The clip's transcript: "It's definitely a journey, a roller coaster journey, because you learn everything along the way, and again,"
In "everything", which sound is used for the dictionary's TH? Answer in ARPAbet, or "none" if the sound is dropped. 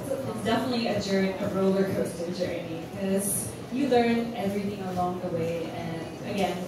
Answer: TH